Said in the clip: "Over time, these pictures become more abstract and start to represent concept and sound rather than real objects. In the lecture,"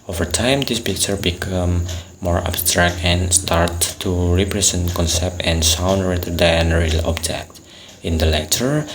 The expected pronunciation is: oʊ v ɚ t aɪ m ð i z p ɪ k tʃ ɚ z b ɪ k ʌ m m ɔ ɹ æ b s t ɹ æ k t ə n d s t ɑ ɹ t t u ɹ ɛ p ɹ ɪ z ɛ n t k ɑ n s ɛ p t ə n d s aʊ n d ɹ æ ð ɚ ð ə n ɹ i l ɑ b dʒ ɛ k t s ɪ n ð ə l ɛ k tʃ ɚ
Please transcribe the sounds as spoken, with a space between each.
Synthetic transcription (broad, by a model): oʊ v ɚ t aɪ m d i s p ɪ k tʃ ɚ b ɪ k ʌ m m ɔ ɹ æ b s t ɹ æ k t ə n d s t ɑ ɹ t t u ɹ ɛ p ɹ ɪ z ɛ n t k ɑ n s ɛ p t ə n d s aʊ n d ɹ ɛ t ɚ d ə n ɹ i l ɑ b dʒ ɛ k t ɪ n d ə l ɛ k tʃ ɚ